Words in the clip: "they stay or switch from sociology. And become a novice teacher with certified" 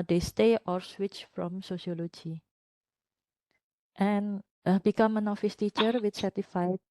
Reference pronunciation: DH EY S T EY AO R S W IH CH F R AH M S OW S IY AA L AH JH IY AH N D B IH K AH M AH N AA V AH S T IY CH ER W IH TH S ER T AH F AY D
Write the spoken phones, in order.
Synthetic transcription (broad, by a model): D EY S T EY AO R S W IH CH F R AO M S OW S IY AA L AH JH IY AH N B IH K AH M AH N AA F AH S T IY CH ER W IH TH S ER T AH F AY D